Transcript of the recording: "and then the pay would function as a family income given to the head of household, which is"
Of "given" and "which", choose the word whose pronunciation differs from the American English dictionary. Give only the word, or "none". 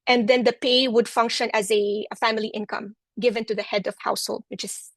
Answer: none